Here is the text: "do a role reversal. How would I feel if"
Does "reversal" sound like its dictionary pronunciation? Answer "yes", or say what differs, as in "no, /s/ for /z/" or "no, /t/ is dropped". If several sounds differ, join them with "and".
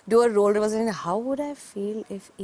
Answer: no, /n/ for /l/